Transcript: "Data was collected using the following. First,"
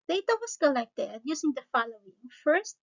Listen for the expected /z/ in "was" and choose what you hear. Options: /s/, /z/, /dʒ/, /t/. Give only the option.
/s/